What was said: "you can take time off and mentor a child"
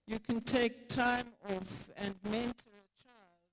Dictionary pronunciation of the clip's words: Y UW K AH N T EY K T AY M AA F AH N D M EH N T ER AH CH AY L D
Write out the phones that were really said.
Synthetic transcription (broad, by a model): Y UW K AH N T EY K T AY M AA F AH N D M EH N T ER AH CH AY L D